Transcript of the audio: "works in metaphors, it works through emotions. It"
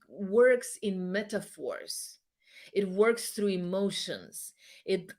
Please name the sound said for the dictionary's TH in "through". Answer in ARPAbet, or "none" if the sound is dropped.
TH